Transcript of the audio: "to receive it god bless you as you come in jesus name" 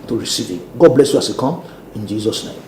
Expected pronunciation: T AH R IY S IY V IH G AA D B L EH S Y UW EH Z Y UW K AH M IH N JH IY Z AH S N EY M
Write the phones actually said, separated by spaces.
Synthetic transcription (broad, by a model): T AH R IY S IY V IH G AA D B L EH S Y UW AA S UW K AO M IH N JH IY Z AH S N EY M